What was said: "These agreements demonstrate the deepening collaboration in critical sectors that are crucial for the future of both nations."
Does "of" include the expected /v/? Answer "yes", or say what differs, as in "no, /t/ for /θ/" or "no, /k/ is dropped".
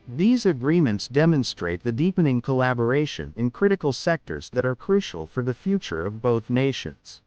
yes